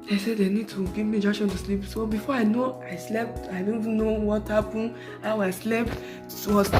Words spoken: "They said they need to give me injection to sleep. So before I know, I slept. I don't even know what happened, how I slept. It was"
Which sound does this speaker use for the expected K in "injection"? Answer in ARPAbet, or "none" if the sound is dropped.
none